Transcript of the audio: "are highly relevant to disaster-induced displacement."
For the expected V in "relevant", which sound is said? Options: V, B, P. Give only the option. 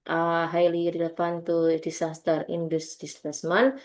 P